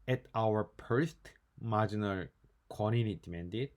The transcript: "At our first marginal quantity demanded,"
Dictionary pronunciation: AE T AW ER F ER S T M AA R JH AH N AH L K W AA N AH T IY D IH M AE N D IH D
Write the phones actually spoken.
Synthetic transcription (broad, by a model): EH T AW ER P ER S T M AA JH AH N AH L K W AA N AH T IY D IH M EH N D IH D